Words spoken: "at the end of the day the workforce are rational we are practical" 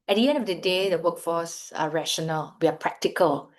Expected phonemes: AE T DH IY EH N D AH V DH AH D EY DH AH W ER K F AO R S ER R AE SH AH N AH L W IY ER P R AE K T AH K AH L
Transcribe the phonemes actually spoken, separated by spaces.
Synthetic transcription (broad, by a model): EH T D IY EH N D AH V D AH D EY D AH W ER K F AO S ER R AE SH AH N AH L W IY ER P R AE K T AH K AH L